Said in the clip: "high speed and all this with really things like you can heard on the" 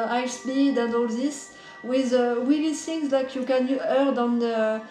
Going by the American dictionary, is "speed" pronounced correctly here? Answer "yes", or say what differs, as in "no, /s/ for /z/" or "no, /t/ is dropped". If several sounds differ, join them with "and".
no, /b/ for /p/